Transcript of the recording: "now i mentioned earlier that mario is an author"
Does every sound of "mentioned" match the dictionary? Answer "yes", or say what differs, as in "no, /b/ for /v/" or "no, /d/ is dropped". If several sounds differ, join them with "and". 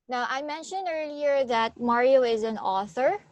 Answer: yes